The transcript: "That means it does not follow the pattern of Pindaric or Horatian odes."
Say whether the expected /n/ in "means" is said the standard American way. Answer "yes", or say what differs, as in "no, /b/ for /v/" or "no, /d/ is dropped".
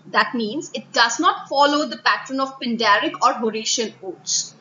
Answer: yes